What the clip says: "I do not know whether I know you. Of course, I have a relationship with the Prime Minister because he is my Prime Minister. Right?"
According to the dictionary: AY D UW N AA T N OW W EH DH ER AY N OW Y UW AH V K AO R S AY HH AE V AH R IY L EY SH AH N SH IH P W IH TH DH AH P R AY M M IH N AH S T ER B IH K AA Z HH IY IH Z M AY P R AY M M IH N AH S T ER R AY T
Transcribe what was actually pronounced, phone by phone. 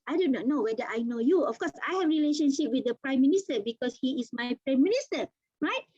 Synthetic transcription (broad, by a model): AY D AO N AA T N OW W EH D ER AY N OW Y UW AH F K AO S AY HH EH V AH R IY L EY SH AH N SH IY P W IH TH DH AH P R AY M M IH N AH S T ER B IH K AA S HH IY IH S M AY P R AY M M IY N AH S T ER R AY T